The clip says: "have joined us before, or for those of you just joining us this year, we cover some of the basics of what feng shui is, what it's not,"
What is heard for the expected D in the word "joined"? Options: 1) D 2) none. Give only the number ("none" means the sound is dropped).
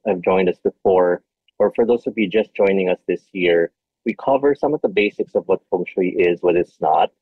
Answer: 1